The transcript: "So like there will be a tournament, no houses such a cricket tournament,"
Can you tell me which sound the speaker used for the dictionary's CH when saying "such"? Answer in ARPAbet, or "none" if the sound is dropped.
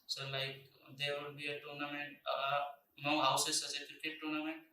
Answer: S